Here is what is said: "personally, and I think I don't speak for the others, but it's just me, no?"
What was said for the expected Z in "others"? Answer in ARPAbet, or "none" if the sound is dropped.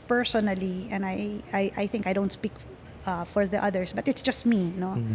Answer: S